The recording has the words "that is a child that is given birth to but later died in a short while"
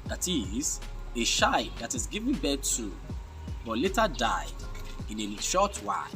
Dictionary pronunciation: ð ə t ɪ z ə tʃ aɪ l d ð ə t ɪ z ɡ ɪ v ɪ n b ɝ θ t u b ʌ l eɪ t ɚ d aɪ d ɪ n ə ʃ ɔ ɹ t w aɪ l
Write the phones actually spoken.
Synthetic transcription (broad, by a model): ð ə t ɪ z ə ʃ aɪ d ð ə t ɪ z ɡ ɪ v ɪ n b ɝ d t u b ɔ l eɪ t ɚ d aɪ ɪ n ə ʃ ɔ t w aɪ